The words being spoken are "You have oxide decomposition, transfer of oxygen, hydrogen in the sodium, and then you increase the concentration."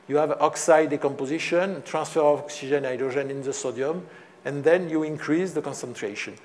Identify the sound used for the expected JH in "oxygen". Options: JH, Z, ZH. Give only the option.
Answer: ZH